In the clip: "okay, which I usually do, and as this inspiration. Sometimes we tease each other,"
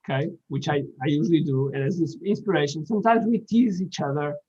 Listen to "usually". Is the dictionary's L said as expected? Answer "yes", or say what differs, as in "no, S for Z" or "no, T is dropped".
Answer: yes